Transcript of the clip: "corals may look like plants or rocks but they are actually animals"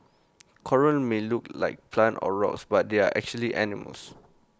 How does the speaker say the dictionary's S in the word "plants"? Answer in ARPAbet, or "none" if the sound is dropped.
none